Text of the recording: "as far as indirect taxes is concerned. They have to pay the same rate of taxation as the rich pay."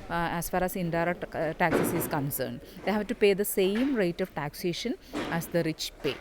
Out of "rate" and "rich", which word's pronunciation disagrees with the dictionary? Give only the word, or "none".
none